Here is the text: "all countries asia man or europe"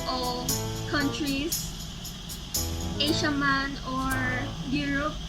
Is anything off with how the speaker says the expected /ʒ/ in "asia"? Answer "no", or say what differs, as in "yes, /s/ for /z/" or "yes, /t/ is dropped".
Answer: yes, /ʃ/ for /ʒ/